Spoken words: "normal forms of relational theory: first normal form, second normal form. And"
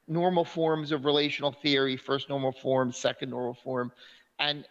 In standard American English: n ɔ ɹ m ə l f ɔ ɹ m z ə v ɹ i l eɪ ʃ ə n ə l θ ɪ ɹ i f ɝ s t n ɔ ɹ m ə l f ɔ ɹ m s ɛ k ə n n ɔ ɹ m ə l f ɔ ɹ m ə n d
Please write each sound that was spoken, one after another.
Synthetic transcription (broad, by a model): n ɔ ɹ m l f ɔ ɹ m z ə v ɹ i l eɪ ʃ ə n l θ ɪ ɹ i f ɝ s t n ɔ ɹ m l f ɔ ɹ m s ɛ k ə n n ɔ ɹ m l f ɔ ɹ m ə n